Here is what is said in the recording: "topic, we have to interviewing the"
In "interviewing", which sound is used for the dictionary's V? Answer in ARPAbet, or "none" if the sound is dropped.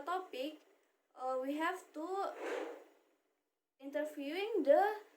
F